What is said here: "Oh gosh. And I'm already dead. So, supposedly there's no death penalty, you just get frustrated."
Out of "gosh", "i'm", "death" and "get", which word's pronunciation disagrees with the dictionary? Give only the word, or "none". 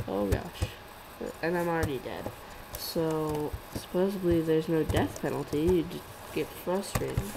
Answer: none